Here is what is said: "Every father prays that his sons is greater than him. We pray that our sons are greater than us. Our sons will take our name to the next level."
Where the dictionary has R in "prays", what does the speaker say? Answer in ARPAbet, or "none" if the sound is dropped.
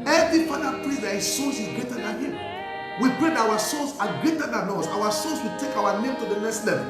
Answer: L